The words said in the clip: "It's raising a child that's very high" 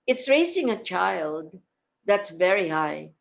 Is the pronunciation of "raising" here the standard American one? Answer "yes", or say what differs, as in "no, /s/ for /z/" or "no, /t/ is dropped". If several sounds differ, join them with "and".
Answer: no, /s/ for /z/